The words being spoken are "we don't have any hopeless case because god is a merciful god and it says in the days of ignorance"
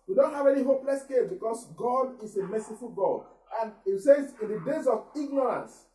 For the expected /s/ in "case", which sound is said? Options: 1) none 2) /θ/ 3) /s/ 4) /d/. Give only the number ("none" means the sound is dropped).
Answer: 1